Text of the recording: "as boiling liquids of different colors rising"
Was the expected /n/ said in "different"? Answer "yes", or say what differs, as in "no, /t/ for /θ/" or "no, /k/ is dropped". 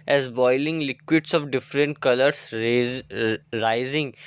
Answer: yes